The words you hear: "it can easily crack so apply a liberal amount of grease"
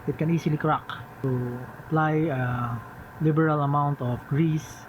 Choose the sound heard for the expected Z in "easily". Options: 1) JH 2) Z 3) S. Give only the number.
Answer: 3